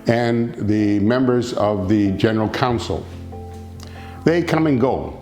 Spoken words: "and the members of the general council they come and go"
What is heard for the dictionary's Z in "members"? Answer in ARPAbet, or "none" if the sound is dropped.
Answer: Z